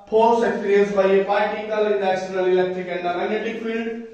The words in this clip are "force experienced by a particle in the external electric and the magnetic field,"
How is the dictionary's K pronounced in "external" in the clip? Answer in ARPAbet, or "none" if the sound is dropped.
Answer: none